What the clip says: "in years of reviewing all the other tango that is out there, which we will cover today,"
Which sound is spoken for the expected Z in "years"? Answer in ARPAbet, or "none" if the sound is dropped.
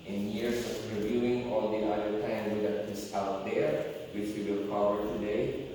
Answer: S